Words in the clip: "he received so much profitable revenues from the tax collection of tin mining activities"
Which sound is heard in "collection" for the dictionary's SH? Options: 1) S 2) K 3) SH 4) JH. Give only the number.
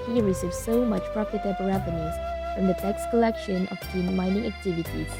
3